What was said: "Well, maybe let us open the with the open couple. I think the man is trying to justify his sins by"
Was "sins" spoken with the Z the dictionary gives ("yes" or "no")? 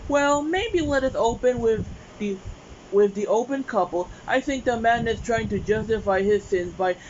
yes